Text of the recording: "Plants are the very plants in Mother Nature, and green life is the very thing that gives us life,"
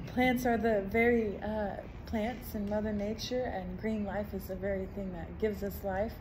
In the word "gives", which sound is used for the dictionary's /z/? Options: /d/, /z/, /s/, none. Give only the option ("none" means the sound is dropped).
/z/